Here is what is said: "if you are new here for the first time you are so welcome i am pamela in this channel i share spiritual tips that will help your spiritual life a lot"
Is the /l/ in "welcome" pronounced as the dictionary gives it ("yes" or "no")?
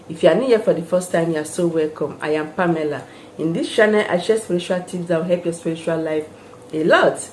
yes